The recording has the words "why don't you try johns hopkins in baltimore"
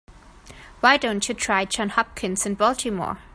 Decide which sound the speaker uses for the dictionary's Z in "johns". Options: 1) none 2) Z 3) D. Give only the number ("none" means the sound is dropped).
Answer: 1